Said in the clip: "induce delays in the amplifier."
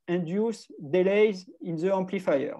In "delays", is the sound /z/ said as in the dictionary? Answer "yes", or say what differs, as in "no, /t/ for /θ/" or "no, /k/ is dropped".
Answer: yes